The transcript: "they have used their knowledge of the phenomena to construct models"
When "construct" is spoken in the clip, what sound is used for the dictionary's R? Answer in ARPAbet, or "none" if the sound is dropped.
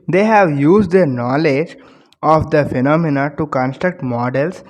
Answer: R